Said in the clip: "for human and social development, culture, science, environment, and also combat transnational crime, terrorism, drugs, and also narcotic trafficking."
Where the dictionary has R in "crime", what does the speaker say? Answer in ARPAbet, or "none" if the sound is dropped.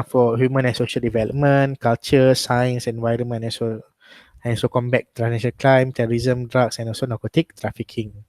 L